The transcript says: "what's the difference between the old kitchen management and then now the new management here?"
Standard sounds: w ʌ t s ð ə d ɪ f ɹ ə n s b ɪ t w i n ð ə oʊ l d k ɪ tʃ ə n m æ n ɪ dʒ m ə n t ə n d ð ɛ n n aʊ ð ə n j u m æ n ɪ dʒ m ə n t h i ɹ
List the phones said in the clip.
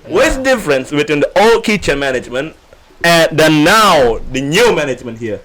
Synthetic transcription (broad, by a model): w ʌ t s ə d ɪ f ɹ ə n s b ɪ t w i n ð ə oʊ l d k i tʃ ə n m æ n ɪ dʒ m ə n t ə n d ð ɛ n n aʊ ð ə n j u m æ n ɪ dʒ m ə n t h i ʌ